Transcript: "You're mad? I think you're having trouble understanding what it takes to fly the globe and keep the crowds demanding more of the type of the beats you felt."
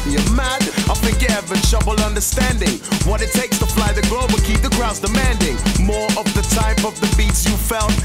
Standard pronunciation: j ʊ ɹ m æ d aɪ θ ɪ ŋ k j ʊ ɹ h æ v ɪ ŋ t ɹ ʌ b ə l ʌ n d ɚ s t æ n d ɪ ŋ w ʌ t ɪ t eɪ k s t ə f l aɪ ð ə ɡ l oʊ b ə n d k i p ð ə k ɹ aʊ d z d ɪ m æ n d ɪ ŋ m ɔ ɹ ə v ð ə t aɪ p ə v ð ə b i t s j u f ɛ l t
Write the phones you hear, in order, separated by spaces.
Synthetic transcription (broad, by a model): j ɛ m æ d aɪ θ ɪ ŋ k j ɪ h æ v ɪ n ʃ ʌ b l ʌ n d ɚ s t æ n d ɪ ŋ w ʌ t ɪ t eɪ k s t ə f l aɪ ð ə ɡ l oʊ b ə k i p ð ə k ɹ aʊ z d ɪ m æ n d ɪ ŋ m ɔ ɹ ə v ð ə t aɪ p ə v ð ə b i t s j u f ɛ l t